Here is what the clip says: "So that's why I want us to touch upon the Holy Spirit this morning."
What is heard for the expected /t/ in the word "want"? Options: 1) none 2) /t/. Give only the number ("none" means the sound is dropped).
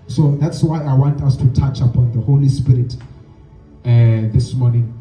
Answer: 2